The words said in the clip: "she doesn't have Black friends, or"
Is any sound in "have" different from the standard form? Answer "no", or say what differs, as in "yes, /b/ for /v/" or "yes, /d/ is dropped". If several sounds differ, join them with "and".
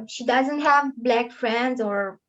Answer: no